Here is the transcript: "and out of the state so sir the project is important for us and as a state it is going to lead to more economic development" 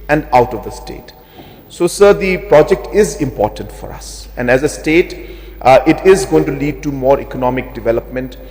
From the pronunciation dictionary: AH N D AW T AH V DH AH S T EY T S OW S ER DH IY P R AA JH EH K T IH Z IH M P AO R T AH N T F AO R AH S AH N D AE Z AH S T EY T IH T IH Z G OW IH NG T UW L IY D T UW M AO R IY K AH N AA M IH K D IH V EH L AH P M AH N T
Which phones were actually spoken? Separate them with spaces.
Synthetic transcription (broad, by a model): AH N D AW T AH V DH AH S T EY T S OW S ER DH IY P R AA JH EH K T IH Z IH M P AO R T AH N T F AO R AH S AH N D AE Z AH S T EY T IH T IH Z G OW IH NG T UW L IY D T UW M AO R IY K AH N AA M IH K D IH V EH L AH P M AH N T